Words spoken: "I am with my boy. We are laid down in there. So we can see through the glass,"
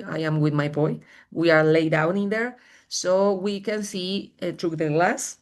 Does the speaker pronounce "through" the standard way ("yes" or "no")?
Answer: no